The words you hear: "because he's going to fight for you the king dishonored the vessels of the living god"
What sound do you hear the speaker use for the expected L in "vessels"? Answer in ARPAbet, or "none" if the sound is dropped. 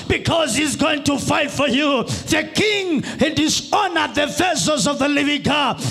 none